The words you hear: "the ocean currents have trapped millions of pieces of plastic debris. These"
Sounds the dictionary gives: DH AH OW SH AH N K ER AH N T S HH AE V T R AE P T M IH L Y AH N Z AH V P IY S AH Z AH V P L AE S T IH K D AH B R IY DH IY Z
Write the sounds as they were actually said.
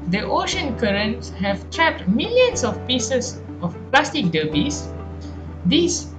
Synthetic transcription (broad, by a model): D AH OW SH AH N K ER AH N T S HH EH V T R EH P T M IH L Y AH N S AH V P IY S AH S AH F P L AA S T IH K D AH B IY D IY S